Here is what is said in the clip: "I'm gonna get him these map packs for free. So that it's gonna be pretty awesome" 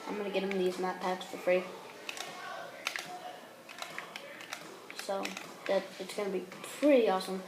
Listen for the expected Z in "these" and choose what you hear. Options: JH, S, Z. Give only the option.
Z